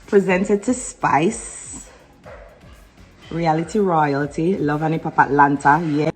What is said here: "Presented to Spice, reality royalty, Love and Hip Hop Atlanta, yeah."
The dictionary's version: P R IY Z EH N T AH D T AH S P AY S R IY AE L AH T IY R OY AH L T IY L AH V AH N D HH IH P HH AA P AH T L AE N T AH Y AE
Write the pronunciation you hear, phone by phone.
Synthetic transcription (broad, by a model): P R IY Z EH N T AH D T AH S P AY S R IY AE L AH T IY R OY AH L T IY L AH V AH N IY P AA P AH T L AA N T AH Y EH